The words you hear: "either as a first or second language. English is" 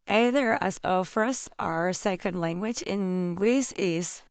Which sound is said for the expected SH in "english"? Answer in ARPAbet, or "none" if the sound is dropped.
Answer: S